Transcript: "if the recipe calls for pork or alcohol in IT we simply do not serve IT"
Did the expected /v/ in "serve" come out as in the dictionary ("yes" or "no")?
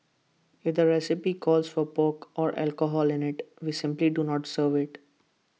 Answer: yes